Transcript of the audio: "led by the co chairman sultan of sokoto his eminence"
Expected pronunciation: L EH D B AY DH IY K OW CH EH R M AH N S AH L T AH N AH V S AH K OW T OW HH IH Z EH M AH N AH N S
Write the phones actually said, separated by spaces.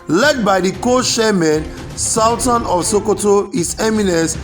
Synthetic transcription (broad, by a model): L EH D B AY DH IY K OW SH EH M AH N S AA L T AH N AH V S AH K OW T OW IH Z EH M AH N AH N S